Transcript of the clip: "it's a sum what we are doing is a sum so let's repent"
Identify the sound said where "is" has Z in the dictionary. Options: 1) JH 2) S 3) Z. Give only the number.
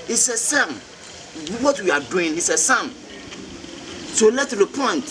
2